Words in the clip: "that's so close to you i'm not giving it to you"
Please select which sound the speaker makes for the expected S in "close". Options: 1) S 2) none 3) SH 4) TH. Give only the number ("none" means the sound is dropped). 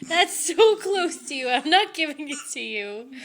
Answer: 1